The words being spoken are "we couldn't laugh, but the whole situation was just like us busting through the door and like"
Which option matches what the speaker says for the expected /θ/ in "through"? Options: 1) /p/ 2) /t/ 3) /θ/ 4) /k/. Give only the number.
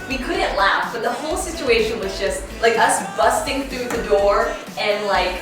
3